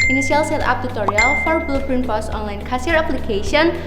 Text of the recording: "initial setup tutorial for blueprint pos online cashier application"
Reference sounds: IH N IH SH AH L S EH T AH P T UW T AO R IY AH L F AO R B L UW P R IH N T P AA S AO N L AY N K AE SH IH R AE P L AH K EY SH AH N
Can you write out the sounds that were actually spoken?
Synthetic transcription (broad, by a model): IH N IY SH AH L S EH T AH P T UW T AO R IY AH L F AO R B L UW P R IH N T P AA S AO N L AY N K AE S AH R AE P L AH K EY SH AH N